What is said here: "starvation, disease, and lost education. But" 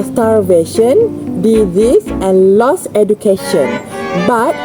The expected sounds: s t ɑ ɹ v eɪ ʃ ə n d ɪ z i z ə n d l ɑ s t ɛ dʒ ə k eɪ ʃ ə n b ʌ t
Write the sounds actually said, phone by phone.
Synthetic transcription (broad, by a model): s t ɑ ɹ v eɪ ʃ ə n d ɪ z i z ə n l ɑ s ɛ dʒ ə k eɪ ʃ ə n b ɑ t